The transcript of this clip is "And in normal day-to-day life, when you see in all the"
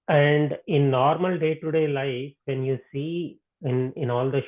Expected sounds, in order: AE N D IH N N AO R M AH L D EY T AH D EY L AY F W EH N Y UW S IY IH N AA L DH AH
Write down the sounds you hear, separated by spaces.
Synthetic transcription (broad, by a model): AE N D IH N N AO R M AH L D EY T AH D EY L AY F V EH N Y UW S IY IH N AA L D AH